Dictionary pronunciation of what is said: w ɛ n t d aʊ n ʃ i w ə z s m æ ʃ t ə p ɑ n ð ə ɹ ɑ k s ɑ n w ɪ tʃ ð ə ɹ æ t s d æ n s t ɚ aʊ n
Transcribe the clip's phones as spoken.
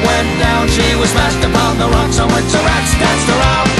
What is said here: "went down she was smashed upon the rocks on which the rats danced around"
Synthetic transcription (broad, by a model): w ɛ n d aʊ n ʃ i w ə z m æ s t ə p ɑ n ð ə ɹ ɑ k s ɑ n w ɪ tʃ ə ɹ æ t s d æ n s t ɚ aʊ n